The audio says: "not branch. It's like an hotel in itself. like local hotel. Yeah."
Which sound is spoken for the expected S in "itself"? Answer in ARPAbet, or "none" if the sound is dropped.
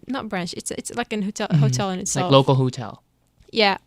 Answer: none